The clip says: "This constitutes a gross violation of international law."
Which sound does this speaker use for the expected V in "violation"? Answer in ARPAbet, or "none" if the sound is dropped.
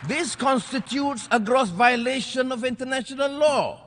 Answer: V